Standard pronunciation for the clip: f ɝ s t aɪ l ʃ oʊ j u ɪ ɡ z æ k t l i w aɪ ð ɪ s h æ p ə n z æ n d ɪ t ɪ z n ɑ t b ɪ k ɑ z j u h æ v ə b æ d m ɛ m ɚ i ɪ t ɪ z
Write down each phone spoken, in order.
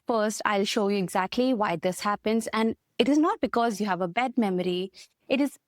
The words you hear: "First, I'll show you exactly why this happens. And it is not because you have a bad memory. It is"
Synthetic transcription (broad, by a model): f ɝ s t aɪ l ʃ oʊ j u ɪ ɡ z æ k t l i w aɪ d ɪ s h æ p ə n z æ n d ɪ t ɪ z n ɑ t b ɪ k ɑ z j u h æ v ə b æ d m ɛ m ɚ i ɪ t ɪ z